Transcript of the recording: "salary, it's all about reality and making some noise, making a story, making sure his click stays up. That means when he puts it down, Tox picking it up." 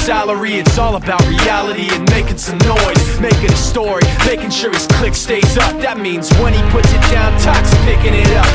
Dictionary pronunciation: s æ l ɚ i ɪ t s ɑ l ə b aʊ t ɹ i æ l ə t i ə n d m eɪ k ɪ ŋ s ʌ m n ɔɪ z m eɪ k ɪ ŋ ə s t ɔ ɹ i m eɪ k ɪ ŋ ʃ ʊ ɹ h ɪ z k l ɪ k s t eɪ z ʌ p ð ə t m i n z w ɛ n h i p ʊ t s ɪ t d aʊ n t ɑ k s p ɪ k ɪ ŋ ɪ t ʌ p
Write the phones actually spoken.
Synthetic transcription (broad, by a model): s æ l ɚ i ɪ t s ɑ l ə b aʊ t ɹ i æ l ə t i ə n m eɪ k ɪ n s ʌ m n ɔɪ z m eɪ k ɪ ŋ ə s t ɔ ɹ i m eɪ k ɪ ŋ ʃ ʊ ɹ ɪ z k l ɪ k s t eɪ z ʌ p ð ə t m i n z w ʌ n i p ʊ t s ɪ t d aʊ n t ɑ k s p ɪ k ɪ ŋ ɪ t ʌ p